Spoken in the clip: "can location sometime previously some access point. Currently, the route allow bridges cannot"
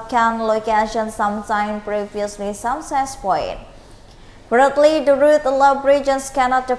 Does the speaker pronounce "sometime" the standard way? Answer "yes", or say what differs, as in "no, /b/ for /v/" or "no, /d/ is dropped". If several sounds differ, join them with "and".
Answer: no, /s/ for /t/